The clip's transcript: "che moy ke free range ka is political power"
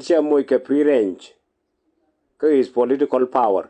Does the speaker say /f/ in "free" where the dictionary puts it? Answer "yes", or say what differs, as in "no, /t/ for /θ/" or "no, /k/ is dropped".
no, /p/ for /f/